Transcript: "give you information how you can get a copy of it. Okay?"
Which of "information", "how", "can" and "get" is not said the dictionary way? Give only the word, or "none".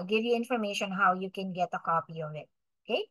none